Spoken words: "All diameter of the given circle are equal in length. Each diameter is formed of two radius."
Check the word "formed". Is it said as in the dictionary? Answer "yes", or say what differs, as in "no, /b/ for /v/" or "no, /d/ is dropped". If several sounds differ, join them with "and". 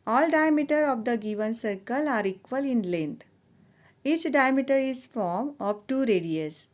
no, /d/ is dropped